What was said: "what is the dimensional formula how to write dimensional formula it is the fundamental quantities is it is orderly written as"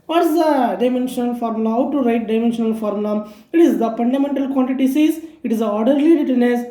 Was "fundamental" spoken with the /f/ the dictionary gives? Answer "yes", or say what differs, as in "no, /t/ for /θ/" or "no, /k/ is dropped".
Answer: no, /p/ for /f/